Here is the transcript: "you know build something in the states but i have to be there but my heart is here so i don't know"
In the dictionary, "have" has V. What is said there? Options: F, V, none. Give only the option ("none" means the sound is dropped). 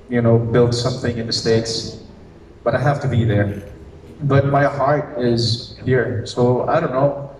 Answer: F